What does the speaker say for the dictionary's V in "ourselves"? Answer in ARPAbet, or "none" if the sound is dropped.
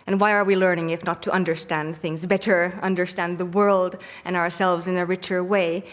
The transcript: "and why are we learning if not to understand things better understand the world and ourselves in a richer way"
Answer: V